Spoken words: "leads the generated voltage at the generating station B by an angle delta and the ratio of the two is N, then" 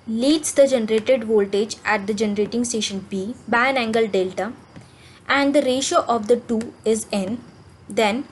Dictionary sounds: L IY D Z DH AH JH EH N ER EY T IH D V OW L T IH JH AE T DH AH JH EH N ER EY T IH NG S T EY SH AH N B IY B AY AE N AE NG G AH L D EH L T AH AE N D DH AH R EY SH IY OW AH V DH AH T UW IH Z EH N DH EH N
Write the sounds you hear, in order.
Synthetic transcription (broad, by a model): L IY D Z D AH JH EH N ER EY T IH D V OW L T IH JH AE T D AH JH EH N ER EY T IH NG S T EY SH AH N B IY B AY AE N AE NG G AH L D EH L T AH AE N D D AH R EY SH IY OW AH V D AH T UW IH Z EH N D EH N